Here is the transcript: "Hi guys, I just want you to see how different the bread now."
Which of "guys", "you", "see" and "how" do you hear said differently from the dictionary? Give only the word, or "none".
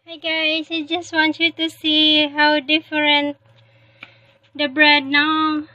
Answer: guys